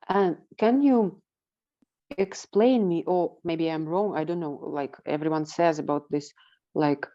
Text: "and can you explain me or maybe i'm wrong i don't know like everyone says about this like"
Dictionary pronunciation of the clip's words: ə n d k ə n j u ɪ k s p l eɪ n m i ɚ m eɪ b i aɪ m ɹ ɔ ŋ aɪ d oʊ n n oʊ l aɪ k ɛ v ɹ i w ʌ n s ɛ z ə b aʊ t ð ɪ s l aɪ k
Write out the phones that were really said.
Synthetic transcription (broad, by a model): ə n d k ə n j u ɪ k s p l eɪ n m i ɚ m eɪ b i aɪ m ɹ ɔ ŋ aɪ d oʊ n n oʊ l aɪ k ɛ v ɹ i w ʌ n s ɛ z ə b aʊ t ð ɪ s l aɪ k